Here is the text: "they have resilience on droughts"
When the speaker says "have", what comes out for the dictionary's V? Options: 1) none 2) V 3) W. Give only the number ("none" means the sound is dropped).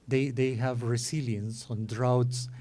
2